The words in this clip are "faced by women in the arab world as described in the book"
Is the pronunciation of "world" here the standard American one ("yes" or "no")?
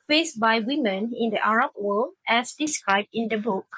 no